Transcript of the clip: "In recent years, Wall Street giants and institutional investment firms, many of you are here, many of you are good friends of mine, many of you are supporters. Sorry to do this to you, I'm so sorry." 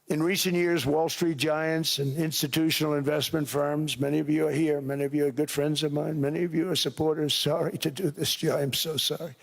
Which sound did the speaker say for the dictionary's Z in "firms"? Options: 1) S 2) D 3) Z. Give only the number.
3